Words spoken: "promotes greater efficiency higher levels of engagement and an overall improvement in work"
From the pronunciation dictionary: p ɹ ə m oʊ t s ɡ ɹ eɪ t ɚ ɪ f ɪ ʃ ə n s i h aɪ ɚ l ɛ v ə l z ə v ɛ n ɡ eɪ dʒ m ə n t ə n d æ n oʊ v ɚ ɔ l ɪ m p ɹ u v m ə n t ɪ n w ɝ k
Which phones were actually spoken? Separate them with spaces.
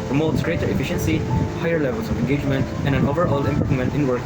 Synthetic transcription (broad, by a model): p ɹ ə m oʊ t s ɡ ɹ eɪ t ɚ ɪ f ɪ ʃ ə n s i h aɪ ɚ l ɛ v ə l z ə v ɛ n ɡ eɪ dʒ m ə n t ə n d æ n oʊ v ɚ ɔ l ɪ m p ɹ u m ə n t ɪ n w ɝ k